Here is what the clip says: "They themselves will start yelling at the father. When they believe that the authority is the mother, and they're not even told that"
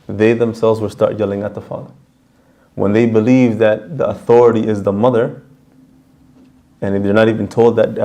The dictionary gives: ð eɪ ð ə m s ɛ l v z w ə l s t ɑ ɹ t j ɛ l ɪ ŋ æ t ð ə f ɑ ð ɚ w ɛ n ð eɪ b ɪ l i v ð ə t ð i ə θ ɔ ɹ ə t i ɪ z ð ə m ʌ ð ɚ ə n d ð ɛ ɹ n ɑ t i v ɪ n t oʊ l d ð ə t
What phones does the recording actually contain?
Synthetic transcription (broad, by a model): ð eɪ ð ə m s ɛ l v z w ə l s t ɑ ɹ t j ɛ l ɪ ŋ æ t ð ə f ɑ ð ɚ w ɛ n ð eɪ b ɪ l i v ð ə t ð i ə θ ɔ ɹ ə t i ɪ z ð ə m ʌ ð ɚ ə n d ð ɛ ɹ n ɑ t i v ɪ n t oʊ l d ð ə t